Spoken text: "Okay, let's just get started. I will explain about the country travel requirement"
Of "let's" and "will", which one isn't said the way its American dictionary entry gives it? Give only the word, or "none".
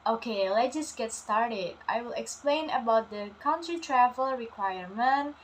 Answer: let's